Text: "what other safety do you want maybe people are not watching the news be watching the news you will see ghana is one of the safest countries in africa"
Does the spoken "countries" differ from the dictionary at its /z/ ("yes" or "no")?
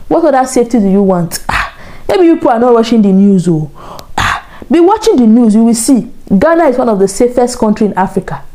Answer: yes